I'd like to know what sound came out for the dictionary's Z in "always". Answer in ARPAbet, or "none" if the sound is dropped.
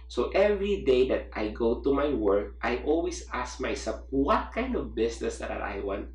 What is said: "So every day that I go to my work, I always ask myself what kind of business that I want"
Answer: S